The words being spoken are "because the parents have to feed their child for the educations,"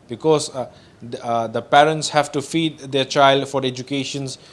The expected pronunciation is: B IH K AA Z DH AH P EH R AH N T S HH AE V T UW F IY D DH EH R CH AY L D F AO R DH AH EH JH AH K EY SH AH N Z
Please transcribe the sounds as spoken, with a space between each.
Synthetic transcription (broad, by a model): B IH K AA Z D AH P EH R AH N T S HH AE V T UW F IY D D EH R CH AY L D F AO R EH JH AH K EY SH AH N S